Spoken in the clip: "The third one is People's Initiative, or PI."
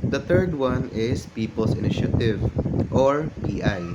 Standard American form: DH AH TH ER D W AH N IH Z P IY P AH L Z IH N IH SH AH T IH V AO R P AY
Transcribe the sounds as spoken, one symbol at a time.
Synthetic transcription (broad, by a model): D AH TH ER D W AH N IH S P IY P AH L S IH N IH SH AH T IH V AO R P AY